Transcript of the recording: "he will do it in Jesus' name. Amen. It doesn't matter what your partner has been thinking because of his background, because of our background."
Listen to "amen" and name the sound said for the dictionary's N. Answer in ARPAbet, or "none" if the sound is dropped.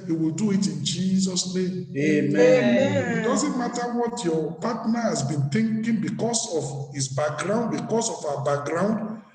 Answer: none